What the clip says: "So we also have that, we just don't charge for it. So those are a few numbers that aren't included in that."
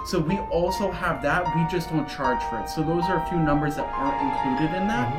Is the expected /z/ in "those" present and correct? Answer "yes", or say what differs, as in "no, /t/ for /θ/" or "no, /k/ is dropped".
yes